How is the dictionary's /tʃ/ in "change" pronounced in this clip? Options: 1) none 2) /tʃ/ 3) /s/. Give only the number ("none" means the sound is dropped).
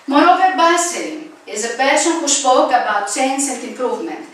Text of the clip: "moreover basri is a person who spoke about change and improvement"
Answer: 3